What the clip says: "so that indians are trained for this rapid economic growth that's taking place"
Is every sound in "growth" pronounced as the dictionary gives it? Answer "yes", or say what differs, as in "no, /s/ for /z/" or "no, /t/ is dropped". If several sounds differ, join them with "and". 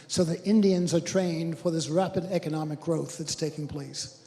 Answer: yes